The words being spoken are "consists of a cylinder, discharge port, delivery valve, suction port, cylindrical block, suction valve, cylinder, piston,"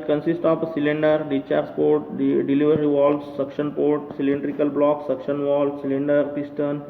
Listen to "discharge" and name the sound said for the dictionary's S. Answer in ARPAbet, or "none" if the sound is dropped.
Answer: none